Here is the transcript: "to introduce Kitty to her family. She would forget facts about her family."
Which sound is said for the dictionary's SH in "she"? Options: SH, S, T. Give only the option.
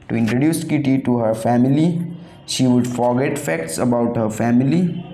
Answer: SH